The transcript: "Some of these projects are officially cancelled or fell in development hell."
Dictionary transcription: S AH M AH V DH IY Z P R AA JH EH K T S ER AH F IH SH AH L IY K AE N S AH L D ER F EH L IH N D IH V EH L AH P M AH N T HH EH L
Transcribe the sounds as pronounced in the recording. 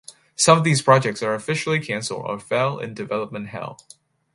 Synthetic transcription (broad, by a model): S AH M AH V DH IY Z P R AA JH EH K T S ER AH F IH SH L IY K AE N S L ER F EH L IH N D IH V EH L AH P M AH N T HH EH L